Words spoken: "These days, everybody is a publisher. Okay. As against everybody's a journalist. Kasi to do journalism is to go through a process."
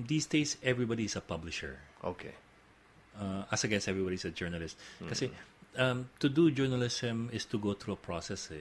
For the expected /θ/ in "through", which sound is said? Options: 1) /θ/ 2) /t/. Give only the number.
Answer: 2